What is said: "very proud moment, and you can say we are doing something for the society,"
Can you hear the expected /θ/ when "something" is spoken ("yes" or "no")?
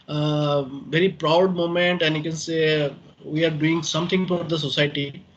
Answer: no